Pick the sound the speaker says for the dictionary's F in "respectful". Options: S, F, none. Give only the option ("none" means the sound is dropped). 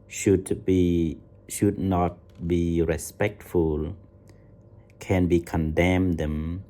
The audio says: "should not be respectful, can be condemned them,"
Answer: F